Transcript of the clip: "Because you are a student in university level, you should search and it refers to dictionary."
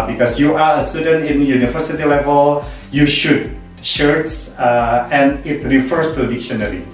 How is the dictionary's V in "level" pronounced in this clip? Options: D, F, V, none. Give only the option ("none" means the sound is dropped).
V